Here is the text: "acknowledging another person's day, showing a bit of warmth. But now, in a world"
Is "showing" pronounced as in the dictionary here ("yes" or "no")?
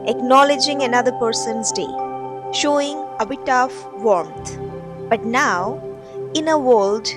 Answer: yes